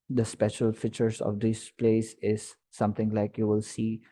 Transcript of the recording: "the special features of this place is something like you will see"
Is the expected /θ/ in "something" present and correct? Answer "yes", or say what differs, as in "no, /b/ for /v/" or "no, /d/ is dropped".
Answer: no, /t/ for /θ/